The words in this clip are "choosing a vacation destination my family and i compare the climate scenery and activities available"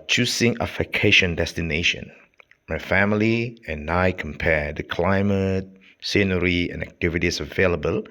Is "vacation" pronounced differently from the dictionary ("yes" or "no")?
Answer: yes